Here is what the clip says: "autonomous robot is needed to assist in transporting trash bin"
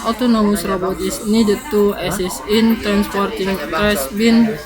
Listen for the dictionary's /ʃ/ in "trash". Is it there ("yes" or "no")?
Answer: no